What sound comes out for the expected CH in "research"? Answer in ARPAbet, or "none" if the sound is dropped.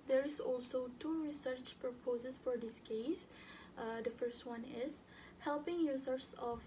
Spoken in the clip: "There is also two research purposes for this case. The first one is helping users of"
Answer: CH